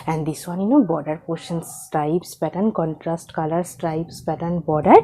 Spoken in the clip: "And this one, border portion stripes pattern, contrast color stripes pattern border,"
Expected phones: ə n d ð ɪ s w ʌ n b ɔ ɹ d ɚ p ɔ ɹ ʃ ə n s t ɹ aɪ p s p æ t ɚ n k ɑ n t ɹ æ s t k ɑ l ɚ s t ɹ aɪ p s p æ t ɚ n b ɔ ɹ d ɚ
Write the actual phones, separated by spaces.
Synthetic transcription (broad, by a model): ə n d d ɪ s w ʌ n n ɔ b d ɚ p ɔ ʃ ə n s t ɹ aɪ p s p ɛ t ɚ n k ɑ n t ɹ æ s t k ɑ l ɚ s t ɹ aɪ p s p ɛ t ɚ n b ɔ d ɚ